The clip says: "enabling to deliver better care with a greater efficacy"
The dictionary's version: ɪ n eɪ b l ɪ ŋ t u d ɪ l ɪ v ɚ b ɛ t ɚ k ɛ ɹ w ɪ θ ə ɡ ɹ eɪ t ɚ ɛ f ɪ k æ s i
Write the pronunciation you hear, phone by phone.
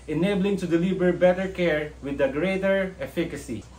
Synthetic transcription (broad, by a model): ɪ n eɪ b l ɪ ŋ t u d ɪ l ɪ b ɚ b ɛ t ɚ k ɛ ɹ w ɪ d ə ɡ ɹ eɪ t ɚ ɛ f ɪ k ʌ s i